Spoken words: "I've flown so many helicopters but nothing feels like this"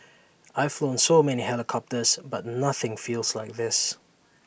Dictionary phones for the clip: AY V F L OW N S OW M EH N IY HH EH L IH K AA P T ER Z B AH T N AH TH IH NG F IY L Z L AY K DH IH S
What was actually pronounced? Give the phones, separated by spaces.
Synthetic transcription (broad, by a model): AY V F L OW N S OW M EH N IY HH EH L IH K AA P T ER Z B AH T N AH TH IH NG F IY L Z L AY K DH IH S